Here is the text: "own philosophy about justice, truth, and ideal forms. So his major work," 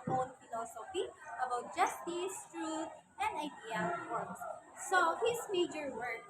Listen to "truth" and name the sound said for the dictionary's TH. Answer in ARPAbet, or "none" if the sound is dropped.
T